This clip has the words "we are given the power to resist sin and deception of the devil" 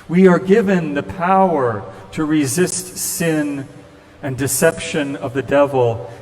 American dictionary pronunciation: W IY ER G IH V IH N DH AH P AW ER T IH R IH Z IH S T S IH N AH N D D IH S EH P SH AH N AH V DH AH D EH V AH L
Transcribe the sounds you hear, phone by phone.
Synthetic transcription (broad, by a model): W IY ER G IH V IH N DH AH P AW ER T IH R IH Z IH S T S IH N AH N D D IH S EH P SH AH N AH V DH AH D EH V L